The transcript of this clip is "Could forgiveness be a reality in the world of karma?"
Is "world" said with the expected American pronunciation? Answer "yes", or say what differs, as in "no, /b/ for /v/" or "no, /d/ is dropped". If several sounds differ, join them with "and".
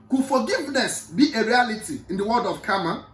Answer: no, /l/ is dropped